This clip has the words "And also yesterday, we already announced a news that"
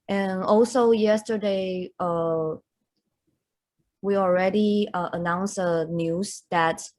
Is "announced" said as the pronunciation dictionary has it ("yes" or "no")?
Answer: no